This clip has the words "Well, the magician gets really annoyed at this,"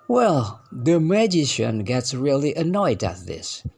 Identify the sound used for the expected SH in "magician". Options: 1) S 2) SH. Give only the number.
2